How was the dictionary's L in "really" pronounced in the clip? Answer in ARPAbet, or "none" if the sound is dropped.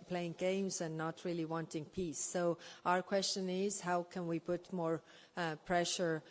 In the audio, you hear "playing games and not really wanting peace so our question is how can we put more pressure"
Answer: L